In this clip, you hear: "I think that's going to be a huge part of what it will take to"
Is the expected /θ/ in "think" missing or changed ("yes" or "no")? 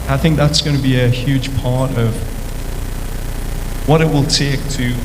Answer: no